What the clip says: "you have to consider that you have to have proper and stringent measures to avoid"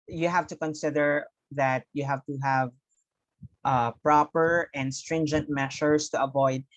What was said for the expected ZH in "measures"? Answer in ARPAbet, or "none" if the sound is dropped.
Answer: SH